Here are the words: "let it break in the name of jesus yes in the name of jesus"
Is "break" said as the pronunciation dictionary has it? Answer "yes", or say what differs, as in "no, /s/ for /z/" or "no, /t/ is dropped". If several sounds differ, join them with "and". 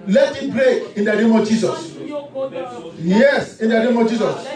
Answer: no, /k/ is dropped